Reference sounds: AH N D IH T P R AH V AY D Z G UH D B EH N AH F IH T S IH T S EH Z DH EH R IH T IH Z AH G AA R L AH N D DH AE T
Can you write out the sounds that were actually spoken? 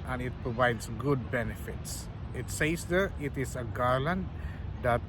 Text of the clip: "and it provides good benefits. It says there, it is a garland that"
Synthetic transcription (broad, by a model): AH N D IH T P R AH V AY D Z G UH D B EH N AH F IH T S IH T S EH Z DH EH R IH T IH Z AH G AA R L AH N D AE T